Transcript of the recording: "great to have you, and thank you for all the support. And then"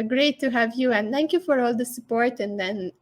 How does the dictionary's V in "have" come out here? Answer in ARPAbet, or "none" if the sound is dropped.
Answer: V